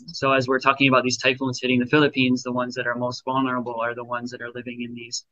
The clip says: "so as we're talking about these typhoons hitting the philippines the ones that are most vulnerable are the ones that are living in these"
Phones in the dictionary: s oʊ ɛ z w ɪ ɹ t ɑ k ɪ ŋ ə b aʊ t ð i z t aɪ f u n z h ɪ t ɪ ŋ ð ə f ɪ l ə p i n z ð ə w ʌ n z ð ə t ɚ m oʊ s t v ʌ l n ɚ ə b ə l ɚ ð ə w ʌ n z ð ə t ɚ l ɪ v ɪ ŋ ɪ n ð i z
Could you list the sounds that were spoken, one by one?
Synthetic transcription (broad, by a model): s oʊ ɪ z w ɪ ɹ t ɑ k ɪ ŋ ə b aʊ t ð i z t aɪ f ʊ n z h ɪ t ɪ ŋ ð ə f ɪ l ə p i n z ð ə w ʌ n z ð ə t ɚ m oʊ s t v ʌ l n ɚ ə b l ɚ ð ə w ʌ n z ð ə t ɚ l ɪ v ɪ ŋ ɪ n ð i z